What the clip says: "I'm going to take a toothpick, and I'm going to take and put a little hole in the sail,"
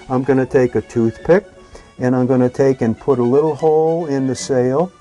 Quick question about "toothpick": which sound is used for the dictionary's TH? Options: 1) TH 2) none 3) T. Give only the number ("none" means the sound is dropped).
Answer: 1